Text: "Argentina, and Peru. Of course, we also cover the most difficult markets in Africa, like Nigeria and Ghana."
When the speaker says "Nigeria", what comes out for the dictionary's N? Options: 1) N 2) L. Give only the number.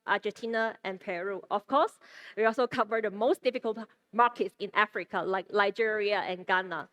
2